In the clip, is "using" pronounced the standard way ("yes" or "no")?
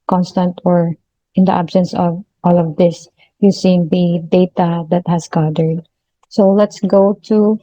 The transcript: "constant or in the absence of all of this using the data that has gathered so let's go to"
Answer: no